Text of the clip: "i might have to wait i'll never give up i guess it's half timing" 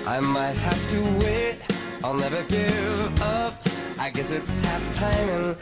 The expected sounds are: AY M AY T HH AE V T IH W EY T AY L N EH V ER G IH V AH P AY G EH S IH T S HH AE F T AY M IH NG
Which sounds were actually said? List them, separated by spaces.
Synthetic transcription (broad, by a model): AY M AY T HH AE F T IH W EY T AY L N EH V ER G IH V AH P AY G EH S IH T S HH AE F T AY M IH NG